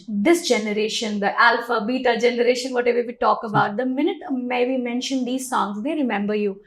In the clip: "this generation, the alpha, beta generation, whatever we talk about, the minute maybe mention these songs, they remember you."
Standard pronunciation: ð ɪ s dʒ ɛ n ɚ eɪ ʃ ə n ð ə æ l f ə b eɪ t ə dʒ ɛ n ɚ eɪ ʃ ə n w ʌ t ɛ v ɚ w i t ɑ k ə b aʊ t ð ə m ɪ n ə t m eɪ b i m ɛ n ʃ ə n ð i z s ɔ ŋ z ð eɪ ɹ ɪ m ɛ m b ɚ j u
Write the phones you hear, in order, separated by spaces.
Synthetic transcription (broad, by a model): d ɪ s dʒ ɛ n ɚ eɪ ʃ ə n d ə æ l f ə b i t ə dʒ ɛ n ɚ eɪ ʃ ə n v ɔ t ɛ v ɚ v i t ɑ k ə b aʊ t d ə m ɪ n ə t m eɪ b i m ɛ n ʃ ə n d i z s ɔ ŋ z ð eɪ ɹ ɪ m ɛ m b ɚ j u